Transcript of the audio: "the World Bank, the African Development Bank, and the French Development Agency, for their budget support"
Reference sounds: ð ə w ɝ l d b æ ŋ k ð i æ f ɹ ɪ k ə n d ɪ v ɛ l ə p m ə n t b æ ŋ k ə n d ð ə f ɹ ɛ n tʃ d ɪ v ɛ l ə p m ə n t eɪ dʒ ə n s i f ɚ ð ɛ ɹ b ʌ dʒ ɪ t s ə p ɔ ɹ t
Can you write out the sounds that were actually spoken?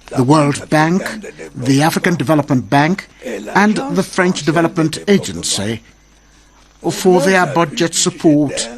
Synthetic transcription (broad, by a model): ð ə w ɝ l d b æ ŋ k ð i æ f ɹ ɪ k ə n d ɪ v ɛ l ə p m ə n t b æ ŋ k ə n ð ə f ɹ ɛ n tʃ d ɪ v ɛ l ə p m ə n t eɪ dʒ ə n s i f ɚ ð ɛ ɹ b ʌ dʒ ɪ t s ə p ɔ ɹ t